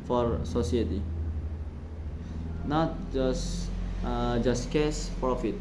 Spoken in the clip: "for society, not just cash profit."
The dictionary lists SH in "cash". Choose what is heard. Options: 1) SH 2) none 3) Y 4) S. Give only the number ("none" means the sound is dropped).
4